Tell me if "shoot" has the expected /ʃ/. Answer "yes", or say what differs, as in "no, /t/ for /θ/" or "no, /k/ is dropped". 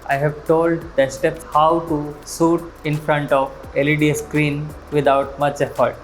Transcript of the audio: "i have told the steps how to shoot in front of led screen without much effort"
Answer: no, /s/ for /ʃ/